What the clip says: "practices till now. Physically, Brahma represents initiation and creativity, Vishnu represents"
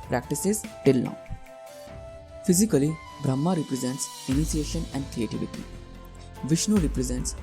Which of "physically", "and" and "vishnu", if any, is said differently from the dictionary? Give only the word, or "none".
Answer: none